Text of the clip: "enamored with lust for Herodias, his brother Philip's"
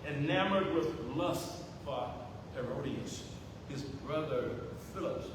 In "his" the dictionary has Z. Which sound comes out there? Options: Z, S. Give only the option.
Z